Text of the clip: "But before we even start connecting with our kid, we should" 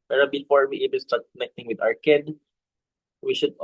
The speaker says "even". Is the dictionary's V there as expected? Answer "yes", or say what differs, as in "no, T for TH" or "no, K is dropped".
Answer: no, B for V